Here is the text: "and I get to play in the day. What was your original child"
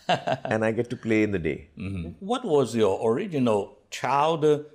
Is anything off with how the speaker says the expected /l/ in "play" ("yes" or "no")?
no